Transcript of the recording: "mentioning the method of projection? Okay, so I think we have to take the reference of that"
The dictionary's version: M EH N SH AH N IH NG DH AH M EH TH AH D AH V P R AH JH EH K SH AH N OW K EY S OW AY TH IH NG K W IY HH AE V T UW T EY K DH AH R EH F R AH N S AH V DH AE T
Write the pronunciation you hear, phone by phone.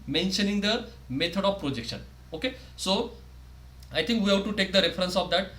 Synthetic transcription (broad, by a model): M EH N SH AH N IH NG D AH M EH T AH D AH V P R AH JH EH K SH AH N OW K EY S OW AY T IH NG K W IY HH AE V T UW T EY K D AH R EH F R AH N S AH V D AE T